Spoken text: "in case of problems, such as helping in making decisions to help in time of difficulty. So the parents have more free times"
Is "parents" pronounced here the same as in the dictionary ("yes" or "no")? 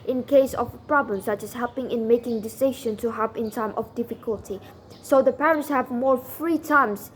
yes